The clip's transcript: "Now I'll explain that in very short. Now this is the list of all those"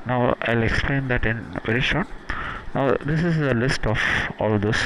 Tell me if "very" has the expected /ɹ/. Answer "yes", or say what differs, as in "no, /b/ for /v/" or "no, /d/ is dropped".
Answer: yes